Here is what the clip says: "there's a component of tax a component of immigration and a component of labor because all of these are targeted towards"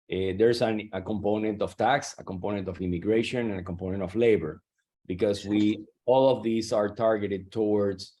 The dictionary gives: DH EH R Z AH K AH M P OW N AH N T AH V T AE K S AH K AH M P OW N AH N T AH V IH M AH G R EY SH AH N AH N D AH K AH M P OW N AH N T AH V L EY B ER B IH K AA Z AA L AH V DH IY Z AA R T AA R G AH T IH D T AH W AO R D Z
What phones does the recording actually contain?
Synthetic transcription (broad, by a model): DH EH R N AH K AH M P OW N AH N T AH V T AE K S AH K AH M P OW N AH N T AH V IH M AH G R EY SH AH N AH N AH K AH M P OW N AH N T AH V L EY B ER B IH K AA S AA L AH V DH IY S AA R T AA R G AH T IH D T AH W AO R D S